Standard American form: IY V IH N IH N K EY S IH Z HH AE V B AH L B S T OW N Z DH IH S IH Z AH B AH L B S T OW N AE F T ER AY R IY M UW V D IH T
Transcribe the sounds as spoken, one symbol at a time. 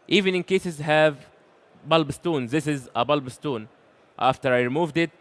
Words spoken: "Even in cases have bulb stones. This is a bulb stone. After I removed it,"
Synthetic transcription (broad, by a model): IY V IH N IH N K EY S IH Z HH AE V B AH L B S T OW N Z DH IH S IH Z AH B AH L B S T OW N AE F T ER AY R IY M UW V D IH T